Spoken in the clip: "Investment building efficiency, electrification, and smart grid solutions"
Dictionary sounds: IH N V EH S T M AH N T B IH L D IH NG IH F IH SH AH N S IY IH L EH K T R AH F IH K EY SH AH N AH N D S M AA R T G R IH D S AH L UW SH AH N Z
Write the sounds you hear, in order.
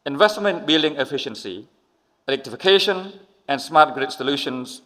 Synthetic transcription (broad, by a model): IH N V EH S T M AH N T B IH L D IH NG IH F IH SH AH N S IY IH L EH K T R AH F IH K EY SH AH N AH N S M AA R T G R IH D S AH L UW SH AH N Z